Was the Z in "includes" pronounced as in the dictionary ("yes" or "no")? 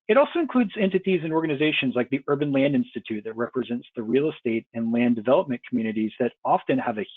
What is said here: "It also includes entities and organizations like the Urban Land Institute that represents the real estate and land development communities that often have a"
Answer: yes